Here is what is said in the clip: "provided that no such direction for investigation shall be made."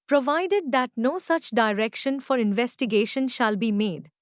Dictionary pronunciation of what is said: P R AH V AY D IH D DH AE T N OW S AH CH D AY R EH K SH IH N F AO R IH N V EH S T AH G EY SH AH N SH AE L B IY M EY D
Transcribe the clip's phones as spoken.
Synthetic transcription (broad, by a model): P R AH V AY D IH D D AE T N OW S AH CH D AY R EH K SH IH N F AO R IH N V EH S T AH G EY SH AH N SH AE L B IY M EY D